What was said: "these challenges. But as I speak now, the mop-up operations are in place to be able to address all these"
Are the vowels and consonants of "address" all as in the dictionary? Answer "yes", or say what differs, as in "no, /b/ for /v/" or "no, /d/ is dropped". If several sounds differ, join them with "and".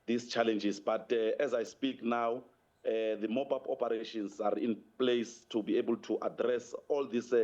yes